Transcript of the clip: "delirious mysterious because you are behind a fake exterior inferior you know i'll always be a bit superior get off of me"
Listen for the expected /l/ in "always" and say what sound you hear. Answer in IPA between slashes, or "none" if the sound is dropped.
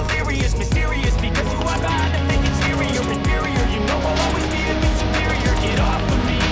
none